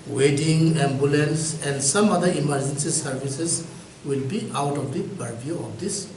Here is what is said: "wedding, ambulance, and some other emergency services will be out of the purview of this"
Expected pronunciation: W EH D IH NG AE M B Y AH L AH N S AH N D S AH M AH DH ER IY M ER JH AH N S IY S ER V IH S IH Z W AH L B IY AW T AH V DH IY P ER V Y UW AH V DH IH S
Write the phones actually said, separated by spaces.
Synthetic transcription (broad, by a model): W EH D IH NG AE M B Y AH L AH N S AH N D S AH M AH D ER IY M ER JH AH N S IY S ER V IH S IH S W AH L B IY AW T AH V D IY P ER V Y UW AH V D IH S